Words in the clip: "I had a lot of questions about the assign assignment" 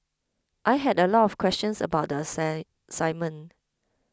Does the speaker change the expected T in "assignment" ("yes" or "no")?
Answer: yes